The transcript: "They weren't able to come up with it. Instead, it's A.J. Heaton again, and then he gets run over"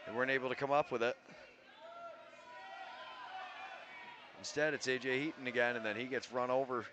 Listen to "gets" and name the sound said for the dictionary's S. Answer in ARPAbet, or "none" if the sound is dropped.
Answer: S